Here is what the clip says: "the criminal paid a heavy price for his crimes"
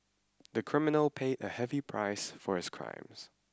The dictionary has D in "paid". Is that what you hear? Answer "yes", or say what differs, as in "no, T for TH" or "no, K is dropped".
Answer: yes